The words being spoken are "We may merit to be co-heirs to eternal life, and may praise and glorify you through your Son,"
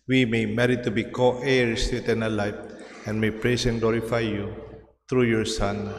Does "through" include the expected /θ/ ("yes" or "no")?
no